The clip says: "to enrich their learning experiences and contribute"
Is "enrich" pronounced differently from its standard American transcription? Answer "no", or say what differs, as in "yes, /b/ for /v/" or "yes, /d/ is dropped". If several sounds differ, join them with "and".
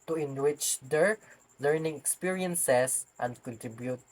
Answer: yes, /w/ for /ɹ/